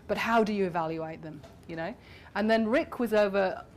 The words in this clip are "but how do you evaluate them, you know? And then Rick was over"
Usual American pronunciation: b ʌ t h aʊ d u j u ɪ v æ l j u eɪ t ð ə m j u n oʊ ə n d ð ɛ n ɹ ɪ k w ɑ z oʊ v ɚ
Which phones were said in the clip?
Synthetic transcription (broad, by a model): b ʌ t h aʊ d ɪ j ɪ ɪ v æ l j u eɪ t ð ə m j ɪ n oʊ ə n ð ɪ n ɹ ɪ k w ɑ z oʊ v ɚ